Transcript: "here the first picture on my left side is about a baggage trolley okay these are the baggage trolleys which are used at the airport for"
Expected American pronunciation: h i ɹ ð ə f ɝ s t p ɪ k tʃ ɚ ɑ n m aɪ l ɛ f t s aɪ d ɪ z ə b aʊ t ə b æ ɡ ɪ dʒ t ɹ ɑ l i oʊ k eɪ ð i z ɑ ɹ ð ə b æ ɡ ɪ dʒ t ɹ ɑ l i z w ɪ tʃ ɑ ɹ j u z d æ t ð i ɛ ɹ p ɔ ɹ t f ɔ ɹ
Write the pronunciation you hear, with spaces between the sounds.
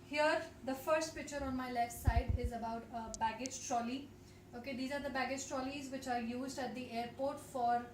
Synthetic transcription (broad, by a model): h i ɹ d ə f ɝ s t p ɪ k tʃ ɚ ɑ n m aɪ l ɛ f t s aɪ d ɪ z ə b aʊ t ə b æ ɡ ɪ dʒ t ɹ ɑ l i oʊ k eɪ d i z ɑ ɹ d ə b æ ɡ ɪ dʒ t ɹ ɑ l i z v ɪ tʃ ɑ ɹ j u z d æ t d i ɛ ɹ p ɔ ɹ t f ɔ ɹ